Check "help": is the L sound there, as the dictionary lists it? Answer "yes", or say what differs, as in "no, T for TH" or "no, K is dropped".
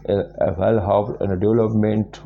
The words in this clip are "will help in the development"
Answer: no, L is dropped